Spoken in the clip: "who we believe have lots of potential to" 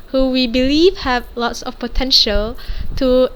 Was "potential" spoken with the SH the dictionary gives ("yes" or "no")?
yes